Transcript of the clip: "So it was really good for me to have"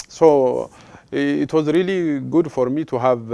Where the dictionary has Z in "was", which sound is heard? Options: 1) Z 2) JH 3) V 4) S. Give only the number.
1